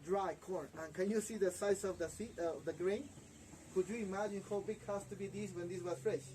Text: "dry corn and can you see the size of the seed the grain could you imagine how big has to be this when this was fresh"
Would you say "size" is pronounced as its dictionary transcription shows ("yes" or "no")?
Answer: no